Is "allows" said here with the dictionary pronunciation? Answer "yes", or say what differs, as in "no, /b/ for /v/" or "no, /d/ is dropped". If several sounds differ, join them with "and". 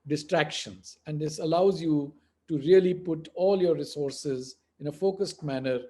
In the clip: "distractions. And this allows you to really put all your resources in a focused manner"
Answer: yes